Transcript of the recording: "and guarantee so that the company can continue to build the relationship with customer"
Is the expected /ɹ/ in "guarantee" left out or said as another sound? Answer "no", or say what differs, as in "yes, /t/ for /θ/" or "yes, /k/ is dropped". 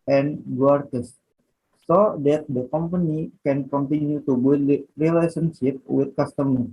yes, /ɹ/ is dropped